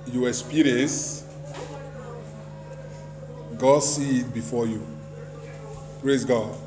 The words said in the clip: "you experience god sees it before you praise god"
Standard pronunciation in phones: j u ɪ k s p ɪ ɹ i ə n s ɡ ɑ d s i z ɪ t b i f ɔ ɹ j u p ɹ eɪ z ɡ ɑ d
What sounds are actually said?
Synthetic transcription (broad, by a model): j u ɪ s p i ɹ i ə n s ɡ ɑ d s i ɪ t b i f ɔ j u p ɹ eɪ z ɡ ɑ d